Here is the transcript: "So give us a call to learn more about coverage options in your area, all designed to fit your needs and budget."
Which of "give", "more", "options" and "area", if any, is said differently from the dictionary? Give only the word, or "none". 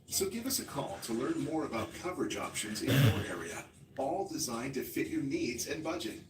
none